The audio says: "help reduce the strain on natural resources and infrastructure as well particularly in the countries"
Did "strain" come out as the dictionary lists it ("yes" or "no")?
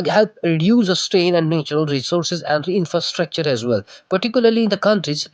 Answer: no